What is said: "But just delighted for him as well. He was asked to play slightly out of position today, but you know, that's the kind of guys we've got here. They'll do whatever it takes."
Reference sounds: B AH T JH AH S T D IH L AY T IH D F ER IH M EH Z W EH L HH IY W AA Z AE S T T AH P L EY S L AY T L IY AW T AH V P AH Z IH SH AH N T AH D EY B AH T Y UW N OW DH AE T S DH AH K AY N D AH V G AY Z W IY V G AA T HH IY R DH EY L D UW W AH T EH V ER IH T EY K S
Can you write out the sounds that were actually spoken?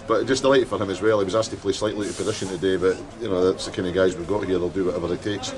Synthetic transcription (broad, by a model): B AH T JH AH S D IH L AY T IH D F ER IH M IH Z W EH L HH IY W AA Z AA S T T AH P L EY S L AY T L IY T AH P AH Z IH SH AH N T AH D EY B AH T Y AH N OW DH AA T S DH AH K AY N AH G AY Z W IY V G AA T HH IY R DH EY L D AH W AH T EH V ER IH T EY K S